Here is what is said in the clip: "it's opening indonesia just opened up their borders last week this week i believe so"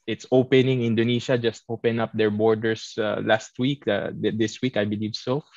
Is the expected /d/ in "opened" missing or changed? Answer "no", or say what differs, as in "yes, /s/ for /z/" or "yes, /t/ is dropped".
yes, /d/ is dropped